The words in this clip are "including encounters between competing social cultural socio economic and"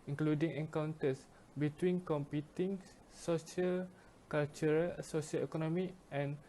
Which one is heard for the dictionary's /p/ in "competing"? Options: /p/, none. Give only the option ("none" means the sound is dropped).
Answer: /p/